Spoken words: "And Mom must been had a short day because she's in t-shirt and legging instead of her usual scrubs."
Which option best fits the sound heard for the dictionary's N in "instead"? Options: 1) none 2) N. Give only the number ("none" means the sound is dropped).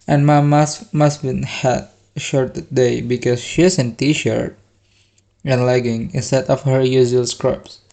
1